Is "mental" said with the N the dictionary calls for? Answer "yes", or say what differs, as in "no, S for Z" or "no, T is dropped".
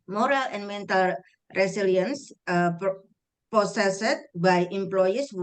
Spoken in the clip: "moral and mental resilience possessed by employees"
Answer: yes